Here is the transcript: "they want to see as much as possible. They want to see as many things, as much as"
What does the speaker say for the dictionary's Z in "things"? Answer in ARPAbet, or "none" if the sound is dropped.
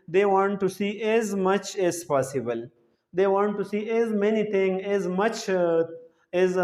none